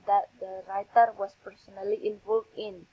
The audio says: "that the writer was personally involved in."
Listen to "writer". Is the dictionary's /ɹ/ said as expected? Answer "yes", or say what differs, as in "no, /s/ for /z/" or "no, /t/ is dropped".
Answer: yes